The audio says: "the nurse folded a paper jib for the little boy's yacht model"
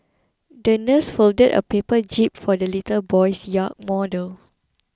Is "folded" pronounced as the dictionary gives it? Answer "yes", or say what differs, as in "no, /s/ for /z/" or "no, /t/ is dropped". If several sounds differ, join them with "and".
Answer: yes